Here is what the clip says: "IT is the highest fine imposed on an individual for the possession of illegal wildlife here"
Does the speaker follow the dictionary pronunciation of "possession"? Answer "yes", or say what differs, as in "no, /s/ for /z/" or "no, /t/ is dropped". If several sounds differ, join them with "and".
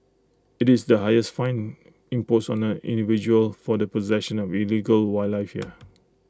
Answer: yes